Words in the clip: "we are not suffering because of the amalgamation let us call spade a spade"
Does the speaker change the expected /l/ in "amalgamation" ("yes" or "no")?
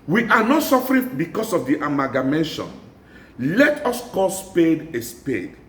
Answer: yes